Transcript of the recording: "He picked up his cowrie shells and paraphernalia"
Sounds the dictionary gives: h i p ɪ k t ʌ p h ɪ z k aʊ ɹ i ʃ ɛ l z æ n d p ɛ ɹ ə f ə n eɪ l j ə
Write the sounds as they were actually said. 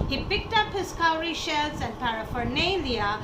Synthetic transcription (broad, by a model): h i p ɪ k t ʌ p h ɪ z k aʊ ɹ i ʃ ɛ l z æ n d p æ ɹ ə f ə n eɪ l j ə